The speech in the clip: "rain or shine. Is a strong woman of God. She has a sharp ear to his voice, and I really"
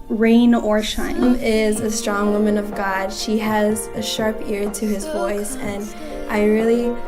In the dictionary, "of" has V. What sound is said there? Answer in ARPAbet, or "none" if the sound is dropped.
V